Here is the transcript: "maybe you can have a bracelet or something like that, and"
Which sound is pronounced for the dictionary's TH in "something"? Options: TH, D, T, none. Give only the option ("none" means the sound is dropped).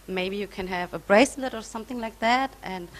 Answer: TH